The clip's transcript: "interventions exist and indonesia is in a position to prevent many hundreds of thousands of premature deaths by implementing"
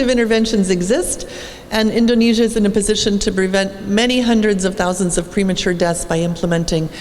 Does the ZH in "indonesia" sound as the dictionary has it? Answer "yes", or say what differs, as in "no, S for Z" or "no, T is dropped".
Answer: yes